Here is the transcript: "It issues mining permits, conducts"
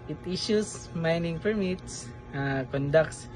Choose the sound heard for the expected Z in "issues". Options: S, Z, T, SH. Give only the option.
S